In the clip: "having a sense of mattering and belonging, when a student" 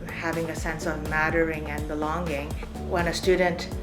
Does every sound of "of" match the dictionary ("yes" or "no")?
yes